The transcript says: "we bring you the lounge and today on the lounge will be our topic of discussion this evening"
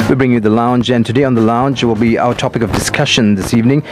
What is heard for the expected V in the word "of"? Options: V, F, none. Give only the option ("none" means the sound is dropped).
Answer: V